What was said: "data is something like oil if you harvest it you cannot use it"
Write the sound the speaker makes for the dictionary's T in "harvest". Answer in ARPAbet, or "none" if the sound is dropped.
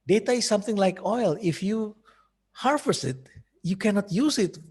none